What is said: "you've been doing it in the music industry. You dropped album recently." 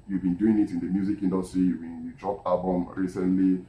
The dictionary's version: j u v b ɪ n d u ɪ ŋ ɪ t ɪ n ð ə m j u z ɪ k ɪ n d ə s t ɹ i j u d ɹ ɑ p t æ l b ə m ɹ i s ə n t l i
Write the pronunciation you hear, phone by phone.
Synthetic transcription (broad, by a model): j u v b ɪ n d u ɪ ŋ ɪ t ɪ n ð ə m j u z ɪ k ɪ n d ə s t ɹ i j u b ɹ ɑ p ɑ l b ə m ɹ i s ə n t l i